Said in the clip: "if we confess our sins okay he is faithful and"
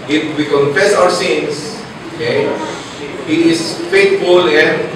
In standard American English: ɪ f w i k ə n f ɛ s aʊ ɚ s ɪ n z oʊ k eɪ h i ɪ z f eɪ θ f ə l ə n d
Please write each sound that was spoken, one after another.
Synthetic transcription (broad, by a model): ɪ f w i k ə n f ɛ s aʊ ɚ s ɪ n s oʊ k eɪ h i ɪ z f eɪ t f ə l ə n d